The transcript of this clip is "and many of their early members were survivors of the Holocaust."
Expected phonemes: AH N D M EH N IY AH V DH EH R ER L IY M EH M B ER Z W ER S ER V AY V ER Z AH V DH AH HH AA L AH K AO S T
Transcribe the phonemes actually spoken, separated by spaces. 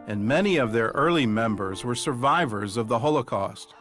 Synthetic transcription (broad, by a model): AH N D M EH N IY AH V DH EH R ER L IY M EH M B ER Z W ER S ER V AY V ER Z AH V DH AH HH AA L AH K AO S T